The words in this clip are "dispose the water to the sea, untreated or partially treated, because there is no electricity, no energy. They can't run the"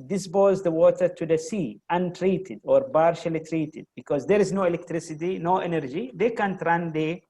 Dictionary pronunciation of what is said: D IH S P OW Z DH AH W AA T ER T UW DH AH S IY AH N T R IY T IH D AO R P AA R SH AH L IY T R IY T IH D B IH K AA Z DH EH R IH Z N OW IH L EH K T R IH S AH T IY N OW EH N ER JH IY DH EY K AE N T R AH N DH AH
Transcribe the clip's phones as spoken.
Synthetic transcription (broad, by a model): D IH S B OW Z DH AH W AA T ER T UW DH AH S IY AH N T R IY T IH D AO R B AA R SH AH L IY T R IY T IH D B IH K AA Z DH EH R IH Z N OW IH L EH K T R IH S AH T IY N OW EH N ER JH IY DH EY K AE N T R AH N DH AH